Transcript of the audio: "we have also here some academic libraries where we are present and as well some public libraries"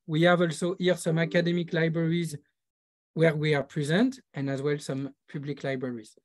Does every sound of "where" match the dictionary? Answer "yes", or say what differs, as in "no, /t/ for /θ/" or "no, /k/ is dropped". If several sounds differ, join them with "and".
yes